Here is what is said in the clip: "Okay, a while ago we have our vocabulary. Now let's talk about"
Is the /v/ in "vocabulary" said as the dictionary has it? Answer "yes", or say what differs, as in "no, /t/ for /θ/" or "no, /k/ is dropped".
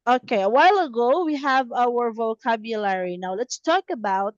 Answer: yes